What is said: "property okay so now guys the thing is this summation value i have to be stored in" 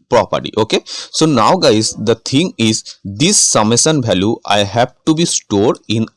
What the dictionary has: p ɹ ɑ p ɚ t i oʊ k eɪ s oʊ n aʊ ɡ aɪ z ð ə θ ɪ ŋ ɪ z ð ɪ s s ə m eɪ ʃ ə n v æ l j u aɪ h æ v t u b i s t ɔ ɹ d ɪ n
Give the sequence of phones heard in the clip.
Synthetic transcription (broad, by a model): p ɹ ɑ p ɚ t i oʊ k eɪ s oʊ n aʊ ɡ aɪ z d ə t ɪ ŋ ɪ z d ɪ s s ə m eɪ s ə n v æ l j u aɪ h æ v t u b i s t ɔ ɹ d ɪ n